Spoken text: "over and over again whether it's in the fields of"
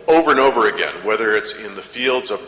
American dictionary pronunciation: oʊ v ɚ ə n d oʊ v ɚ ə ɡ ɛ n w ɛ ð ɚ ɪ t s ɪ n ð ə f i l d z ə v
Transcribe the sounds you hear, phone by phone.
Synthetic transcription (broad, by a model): oʊ v ɚ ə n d oʊ v ɚ ə ɡ ɛ n w ɛ ð ɚ ɪ t s ɪ n ð ə f i l d z ə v